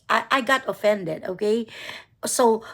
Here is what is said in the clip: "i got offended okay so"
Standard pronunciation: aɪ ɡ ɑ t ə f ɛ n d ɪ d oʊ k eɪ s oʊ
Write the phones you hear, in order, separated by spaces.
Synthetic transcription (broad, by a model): aɪ ɡ ɑ t ə f ɛ n d ɪ d oʊ k eɪ s oʊ